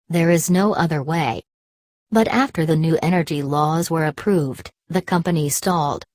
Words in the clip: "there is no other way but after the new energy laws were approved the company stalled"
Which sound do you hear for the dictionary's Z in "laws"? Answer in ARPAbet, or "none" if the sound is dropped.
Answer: Z